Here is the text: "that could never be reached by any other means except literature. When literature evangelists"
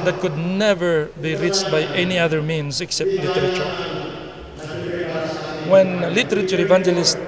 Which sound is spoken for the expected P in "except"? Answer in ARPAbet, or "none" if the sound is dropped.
P